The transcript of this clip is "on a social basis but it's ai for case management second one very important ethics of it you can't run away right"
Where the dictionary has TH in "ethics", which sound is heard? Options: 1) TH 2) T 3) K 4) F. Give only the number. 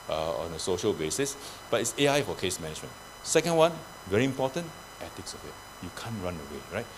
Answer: 2